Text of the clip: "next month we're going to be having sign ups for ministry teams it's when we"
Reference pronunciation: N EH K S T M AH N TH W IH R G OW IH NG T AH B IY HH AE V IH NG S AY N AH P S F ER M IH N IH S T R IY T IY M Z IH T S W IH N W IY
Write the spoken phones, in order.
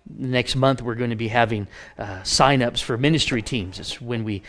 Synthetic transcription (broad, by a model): N EH K S T M AH N TH W IH R G OW IH NG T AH B IY HH AE V IH NG S AY N AH P S F ER M IH N IH S T R IY T IY M Z IH T S W IH N W IY